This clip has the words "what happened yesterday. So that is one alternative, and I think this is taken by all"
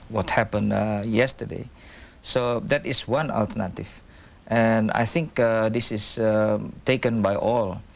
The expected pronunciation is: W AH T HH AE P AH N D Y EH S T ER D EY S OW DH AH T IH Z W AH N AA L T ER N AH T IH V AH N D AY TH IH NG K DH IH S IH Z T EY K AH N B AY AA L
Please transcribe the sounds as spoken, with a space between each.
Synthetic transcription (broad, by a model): W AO T HH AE P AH N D Y EH S T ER D EY S OW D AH T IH S W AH N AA L T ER N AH T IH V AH N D AY TH IH NG K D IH S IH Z T EY K AH N B AY AA L